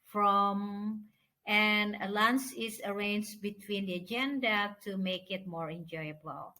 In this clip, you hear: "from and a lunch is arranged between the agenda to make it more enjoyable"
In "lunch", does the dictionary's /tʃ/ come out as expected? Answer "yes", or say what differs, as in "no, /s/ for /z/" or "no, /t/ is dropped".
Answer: no, /s/ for /tʃ/